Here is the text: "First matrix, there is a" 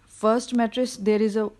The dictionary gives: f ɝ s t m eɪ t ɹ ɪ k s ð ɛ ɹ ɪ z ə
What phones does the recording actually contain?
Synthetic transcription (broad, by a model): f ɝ s t m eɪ t ɹ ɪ s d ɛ ɹ ɪ z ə